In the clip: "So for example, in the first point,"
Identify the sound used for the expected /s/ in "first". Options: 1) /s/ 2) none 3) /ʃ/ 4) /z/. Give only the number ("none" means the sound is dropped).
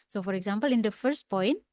1